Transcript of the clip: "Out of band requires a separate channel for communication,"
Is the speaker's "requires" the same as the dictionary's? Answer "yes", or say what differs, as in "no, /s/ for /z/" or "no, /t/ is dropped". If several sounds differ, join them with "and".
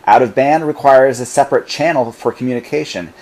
yes